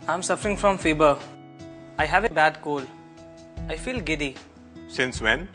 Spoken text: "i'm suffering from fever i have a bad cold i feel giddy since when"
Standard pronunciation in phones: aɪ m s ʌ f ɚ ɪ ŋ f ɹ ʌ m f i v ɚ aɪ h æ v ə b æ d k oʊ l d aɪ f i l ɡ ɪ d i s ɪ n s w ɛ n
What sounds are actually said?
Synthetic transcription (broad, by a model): aɪ m s ʌ f ɚ ɪ ŋ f ɹ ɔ m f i b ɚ aɪ h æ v ə b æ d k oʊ l aɪ f i l ɡ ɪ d i s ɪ n s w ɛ n